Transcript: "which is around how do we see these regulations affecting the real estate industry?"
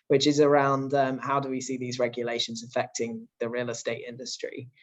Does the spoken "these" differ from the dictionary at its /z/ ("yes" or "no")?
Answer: no